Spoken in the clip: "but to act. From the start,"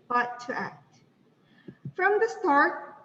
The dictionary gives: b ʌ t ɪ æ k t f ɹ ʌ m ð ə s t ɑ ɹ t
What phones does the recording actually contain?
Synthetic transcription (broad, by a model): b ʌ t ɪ æ k t f ɹ ʌ m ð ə s t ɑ ɹ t